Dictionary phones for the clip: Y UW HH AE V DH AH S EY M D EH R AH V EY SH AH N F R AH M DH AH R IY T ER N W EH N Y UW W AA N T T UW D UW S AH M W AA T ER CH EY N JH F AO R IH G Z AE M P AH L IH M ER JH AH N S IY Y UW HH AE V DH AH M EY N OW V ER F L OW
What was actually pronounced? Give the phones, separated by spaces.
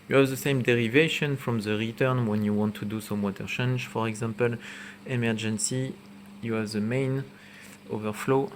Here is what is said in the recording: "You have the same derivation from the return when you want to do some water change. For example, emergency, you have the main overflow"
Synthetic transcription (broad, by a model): Y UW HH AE V DH AH S EY M D EH R AH V EY SH AH N F R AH M DH AH R IY T ER N W EH N Y UW W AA N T T UW D UW S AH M W AA T ER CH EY N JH F AO R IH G Z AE M P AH L IH M ER JH AH N S IY Y UW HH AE V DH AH M EY N OW V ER F L OW